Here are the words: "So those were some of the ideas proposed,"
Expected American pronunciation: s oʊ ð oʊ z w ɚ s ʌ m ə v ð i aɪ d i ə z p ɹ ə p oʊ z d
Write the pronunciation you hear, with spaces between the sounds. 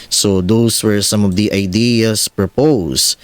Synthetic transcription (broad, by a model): s oʊ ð oʊ s w ɚ s ʌ m ə v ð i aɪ d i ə s p ɹ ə p oʊ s